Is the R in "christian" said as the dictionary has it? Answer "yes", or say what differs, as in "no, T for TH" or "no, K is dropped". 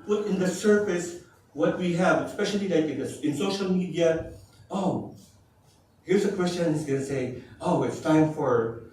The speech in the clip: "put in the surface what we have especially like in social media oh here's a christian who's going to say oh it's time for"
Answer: no, W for R